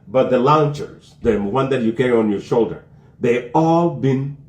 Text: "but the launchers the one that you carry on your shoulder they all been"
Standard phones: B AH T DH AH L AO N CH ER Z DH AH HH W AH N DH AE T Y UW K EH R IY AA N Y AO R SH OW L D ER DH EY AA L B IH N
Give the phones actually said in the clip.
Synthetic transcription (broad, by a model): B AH T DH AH L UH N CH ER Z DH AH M W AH N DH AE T Y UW K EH R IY AA N Y AO R SH OW L D ER DH EY AA L B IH N